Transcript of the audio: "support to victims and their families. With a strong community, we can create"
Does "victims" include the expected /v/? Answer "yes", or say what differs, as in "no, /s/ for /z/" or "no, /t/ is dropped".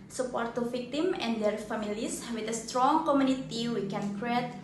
no, /f/ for /v/